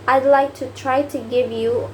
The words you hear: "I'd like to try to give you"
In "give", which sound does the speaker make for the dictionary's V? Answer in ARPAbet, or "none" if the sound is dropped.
V